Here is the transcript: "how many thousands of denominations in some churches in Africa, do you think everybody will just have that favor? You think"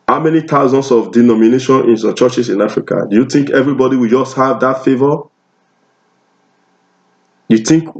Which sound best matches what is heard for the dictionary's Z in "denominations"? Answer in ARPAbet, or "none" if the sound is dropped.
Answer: none